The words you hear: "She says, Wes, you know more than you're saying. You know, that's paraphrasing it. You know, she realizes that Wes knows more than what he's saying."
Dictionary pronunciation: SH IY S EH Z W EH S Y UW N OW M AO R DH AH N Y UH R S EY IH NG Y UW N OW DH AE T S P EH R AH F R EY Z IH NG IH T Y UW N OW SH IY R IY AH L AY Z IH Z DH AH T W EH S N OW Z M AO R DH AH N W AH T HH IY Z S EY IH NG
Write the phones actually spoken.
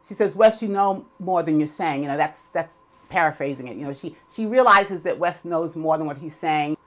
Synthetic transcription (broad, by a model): SH IY S EH Z W EH S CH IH N OW M AO R DH AH N Y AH R S EY IH NG Y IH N OW DH AE T S P EH R AH F R EY Z IH NG IH T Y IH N OW SH IY R IY AH L AY Z IH Z DH AH T W EH S N OW Z M AO R DH AH N W AH T HH IY Z S EY IH NG